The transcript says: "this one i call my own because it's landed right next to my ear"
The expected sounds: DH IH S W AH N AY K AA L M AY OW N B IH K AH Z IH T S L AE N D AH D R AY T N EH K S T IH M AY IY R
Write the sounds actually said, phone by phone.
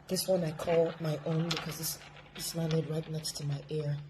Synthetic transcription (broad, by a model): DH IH S W AH N AY K AA L M AY OW N B IH K AH Z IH S S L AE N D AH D R AY T N EH K S T IH M AY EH R